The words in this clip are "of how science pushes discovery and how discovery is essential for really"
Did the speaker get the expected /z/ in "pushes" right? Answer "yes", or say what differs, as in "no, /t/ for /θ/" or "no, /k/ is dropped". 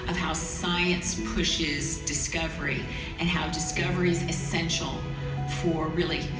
yes